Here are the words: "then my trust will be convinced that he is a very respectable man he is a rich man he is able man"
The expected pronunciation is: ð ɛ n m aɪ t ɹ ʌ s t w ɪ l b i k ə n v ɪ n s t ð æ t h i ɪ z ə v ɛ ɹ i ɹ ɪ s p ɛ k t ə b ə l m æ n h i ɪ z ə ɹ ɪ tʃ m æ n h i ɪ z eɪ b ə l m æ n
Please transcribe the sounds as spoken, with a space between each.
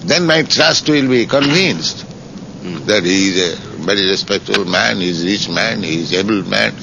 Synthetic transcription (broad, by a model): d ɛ n m aɪ t ɹ ʌ s t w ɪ l b i k ə n v ɪ n s t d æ t h i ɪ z ə v ɛ ɹ i ɹ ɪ s p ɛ k t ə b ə l m æ n h i z ɹ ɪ tʃ m æ n h i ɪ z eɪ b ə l m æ n